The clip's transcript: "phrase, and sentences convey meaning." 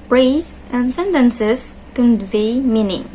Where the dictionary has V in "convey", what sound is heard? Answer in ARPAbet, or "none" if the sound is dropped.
V